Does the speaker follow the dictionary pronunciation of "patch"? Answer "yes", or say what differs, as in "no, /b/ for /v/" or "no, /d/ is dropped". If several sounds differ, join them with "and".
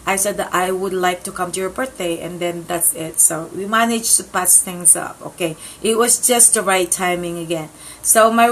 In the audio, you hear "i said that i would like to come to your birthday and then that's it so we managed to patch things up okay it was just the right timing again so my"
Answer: no, /s/ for /tʃ/